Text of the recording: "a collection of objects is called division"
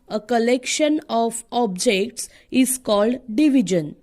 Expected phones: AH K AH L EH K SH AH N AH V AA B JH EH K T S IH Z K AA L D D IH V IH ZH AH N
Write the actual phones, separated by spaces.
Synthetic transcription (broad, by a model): AH K AH L EH K SH AH N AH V AA B JH EH K T S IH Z K AA L D D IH V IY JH AH N